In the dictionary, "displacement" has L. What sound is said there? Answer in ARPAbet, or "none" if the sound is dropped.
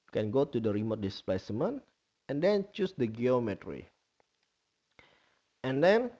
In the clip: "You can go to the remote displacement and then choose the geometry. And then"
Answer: none